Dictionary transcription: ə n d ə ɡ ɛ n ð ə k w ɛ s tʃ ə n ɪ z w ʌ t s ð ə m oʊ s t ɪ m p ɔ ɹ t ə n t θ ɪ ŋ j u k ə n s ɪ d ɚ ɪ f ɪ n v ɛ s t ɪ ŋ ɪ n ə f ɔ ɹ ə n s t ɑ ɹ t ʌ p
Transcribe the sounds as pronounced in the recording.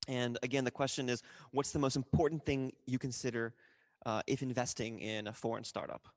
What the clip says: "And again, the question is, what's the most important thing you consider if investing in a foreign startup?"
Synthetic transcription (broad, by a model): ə n ə ɡ ɛ n ð ə k w ɛ s tʃ ə n ɪ z w ʌ t s ð ə m oʊ s t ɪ m p ɔ ɹ t n θ ɪ ŋ j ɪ k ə n s ɪ d ɚ ɪ f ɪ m v ɛ s t ɪ ŋ ɪ n ə f ɔ ɹ ə n s t ɑ ɹ t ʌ p